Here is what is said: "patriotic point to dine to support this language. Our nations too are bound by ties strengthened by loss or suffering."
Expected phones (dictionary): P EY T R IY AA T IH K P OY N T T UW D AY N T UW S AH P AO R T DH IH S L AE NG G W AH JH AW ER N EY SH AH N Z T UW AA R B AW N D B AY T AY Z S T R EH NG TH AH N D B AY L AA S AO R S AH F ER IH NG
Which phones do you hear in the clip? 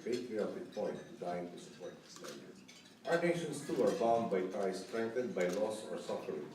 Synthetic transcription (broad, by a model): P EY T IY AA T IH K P OY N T T UW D AY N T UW S AH P AO R T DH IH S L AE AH AW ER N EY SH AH N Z T UW AA R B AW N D B AY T AY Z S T R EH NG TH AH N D B AY L AA S AO R S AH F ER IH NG